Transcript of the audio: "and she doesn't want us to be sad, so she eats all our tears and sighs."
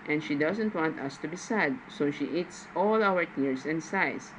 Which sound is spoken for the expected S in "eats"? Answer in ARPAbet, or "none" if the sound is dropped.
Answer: S